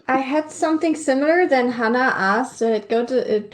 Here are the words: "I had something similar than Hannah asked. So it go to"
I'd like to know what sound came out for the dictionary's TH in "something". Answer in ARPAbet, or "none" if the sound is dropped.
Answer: TH